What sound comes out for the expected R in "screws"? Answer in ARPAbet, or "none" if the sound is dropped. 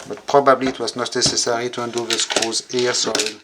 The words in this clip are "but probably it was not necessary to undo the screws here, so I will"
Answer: none